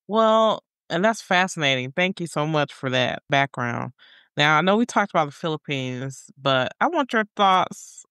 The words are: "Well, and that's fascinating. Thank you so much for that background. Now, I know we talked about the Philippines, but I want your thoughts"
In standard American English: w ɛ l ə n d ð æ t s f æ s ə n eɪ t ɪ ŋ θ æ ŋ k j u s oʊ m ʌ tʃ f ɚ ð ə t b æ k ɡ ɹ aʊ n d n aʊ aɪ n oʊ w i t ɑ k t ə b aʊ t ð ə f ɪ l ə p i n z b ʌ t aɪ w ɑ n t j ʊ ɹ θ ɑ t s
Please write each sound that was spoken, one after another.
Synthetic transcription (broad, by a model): w ɛ l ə n ð æ t s f æ s ə n eɪ t ɪ ŋ θ æ ŋ k j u s oʊ m ʌ tʃ f ɚ ð ə t b æ k ɡ ɹ aʊ n d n aʊ aɪ n oʊ w i t ɑ k t ə b aʊ t ð ə f ɪ l ə p i n z b ʌ t aɪ w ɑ n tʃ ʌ ɹ θ ɑ t s